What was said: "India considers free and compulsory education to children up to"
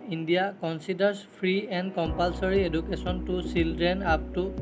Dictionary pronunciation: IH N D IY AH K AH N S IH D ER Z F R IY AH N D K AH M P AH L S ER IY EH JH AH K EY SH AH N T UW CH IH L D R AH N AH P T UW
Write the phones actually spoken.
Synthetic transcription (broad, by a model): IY N D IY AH K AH N S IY D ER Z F R IY AH N D K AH M P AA L S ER IY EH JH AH K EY S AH N T UW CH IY L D R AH N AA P T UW